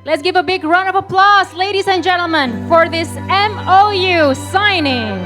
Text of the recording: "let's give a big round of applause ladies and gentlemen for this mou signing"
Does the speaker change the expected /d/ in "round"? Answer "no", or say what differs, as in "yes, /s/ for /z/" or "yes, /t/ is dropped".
yes, /d/ is dropped